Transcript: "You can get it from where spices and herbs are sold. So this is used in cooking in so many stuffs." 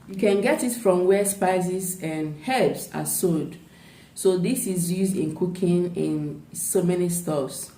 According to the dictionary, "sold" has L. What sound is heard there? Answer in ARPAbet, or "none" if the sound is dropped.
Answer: none